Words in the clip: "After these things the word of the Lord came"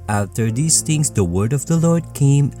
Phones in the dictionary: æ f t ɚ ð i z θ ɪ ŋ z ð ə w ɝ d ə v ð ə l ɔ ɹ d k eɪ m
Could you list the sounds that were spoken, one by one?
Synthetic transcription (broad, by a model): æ f t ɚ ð i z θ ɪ ŋ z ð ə w ɝ d ə v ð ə l ɔ ɹ d k eɪ m